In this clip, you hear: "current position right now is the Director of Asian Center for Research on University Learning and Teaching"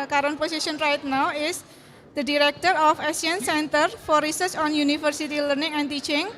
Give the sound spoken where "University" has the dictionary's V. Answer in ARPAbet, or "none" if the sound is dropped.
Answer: F